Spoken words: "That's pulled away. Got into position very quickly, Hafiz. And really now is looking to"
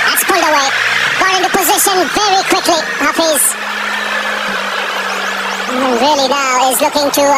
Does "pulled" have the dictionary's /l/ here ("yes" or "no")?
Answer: yes